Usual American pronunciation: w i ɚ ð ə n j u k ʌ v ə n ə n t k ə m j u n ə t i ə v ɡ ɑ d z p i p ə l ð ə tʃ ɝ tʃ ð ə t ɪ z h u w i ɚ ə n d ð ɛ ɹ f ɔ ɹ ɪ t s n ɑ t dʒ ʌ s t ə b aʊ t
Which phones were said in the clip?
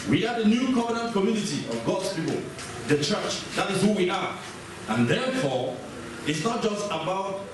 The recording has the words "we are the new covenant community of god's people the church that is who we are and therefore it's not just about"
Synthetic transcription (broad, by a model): w i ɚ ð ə n j u k ʌ v ə n ə n t k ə m j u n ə t i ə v ɡ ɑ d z p i p ə l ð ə tʃ ɝ tʃ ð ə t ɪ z h u w i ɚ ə n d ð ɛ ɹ f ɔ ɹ ɪ t s n ɑ t dʒ ʌ s t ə b aʊ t